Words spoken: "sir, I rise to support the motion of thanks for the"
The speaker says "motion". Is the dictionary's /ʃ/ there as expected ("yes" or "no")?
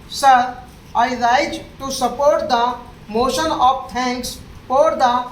yes